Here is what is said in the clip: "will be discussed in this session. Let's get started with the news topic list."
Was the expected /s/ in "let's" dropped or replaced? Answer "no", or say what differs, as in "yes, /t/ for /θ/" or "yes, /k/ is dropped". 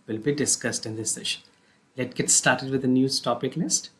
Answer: yes, /s/ is dropped